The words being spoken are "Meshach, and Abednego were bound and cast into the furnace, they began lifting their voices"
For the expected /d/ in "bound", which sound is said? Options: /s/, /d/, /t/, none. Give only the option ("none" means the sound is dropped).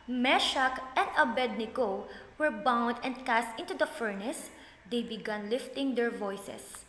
/d/